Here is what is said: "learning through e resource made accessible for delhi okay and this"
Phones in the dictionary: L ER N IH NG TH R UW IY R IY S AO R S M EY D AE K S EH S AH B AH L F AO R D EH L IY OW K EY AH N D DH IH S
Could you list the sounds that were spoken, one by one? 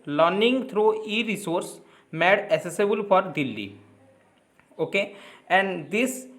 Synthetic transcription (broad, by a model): L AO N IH NG T R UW IY R IY S AO R S M EY D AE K S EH S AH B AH L F AO R D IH L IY OW K EY AH N D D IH S